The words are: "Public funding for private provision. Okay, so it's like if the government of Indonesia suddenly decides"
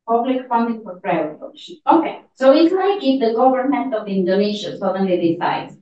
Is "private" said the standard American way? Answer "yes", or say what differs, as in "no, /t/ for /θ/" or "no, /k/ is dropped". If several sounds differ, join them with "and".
no, /v/ is dropped